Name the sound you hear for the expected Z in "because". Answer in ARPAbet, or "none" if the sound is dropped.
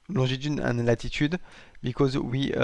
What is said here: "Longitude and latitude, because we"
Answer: Z